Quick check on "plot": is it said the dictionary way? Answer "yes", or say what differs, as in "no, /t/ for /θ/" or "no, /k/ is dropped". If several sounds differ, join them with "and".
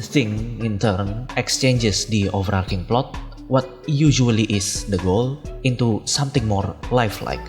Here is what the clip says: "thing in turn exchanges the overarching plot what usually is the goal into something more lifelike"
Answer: yes